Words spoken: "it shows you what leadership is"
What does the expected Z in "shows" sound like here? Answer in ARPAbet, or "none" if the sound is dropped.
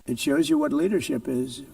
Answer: Z